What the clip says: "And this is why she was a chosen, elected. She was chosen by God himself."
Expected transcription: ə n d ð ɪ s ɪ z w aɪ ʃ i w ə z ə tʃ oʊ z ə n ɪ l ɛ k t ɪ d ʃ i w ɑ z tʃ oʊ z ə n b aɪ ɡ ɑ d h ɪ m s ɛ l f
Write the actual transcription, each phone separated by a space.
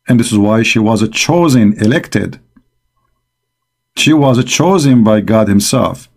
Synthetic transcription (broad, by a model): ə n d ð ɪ s ɪ z w aɪ ʃ i w ə z ə tʃ oʊ z ə n ɪ l ɛ k t ɪ d ʃ i w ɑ z tʃ oʊ z ə n b aɪ ɡ ɑ d h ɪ m s ɛ l f